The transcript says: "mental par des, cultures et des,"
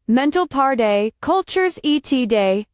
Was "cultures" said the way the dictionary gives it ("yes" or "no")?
yes